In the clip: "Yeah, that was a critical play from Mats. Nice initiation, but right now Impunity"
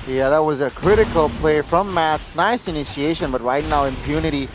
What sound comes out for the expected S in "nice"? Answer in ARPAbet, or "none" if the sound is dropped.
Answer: S